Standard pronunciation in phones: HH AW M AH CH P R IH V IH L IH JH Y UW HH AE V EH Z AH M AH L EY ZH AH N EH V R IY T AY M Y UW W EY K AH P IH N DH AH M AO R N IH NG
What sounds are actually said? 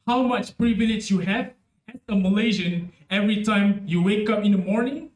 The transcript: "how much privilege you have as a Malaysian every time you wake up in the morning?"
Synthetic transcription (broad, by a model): HH AW M AH CH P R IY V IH N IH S Y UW HH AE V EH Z AH M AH L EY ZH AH N EH V R IY T AY M Y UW W EY K AH P IH N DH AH M AO R N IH NG